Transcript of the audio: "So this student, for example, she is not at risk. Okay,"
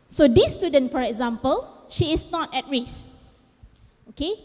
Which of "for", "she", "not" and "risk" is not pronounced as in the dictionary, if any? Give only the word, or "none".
risk